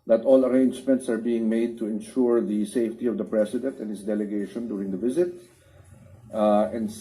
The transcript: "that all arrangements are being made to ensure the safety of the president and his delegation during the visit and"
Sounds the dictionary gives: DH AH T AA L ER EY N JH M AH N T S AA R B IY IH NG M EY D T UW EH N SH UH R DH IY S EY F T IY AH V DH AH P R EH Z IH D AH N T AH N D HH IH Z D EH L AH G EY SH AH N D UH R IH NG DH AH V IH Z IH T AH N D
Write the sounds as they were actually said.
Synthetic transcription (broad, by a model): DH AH T AA L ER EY N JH M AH N T S AA R B IY IH NG M EY D T UW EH N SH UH R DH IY S EY F T IY AH V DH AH P R EH S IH D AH N T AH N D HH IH S D EH L AH G EY SH AH N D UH R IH NG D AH V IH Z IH T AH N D